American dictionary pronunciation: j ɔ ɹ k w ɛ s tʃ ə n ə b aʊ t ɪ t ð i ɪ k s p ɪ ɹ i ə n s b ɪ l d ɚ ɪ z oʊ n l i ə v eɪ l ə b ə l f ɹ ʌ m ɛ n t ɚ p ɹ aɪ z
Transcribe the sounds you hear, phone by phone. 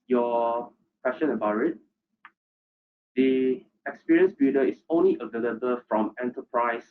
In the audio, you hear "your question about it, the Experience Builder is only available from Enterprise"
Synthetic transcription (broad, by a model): j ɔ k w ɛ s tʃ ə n ə b aʊ t ɪ t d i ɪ k s p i ɹ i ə n s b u d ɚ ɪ s oʊ n l i ə v eɪ l ə b ə l f ɹ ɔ m ɛ n t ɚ p ɹ aɪ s